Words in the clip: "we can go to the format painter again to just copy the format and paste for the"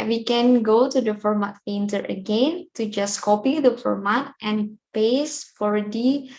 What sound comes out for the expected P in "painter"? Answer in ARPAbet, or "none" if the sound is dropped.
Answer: F